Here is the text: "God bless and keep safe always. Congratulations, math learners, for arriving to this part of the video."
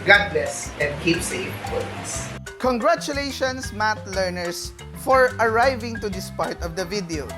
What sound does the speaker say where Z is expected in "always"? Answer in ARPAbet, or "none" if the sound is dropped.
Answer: S